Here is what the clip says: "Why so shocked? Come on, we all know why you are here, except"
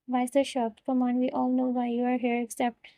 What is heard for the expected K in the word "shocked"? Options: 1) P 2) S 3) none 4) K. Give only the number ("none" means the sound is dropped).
3